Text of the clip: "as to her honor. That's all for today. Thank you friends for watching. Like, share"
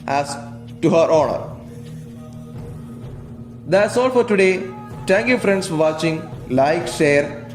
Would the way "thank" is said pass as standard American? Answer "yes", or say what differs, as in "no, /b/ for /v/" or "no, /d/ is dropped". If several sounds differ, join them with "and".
no, /t/ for /θ/